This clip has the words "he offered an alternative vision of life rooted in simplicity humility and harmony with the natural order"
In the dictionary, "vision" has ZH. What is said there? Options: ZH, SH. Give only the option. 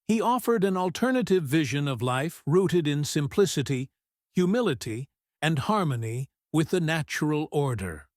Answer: ZH